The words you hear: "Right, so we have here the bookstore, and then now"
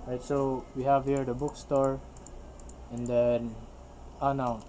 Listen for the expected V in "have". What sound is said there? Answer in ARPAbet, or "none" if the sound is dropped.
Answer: V